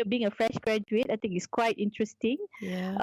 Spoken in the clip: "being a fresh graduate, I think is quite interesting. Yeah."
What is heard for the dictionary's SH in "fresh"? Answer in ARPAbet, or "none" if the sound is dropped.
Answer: SH